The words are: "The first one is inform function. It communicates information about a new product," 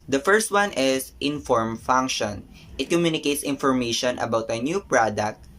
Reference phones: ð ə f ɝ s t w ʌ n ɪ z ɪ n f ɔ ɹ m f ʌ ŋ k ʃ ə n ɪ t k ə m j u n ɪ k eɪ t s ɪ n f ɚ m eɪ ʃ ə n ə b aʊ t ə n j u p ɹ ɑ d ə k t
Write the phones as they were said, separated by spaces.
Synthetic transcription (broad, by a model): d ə f ɝ s t w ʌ n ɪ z ɪ n f ɔ ɹ m f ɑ ŋ k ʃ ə n ɪ t k ə m j u n ɪ k eɪ t s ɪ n f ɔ m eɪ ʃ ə n ə b aʊ t ə n j u p ɹ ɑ d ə k t